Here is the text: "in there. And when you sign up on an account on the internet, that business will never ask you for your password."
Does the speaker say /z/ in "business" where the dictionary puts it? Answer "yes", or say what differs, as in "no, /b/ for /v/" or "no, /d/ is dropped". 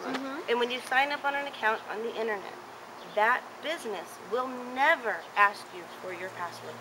yes